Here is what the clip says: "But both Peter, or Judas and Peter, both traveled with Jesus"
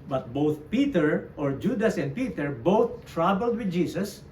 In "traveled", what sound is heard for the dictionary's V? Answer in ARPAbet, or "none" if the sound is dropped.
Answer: B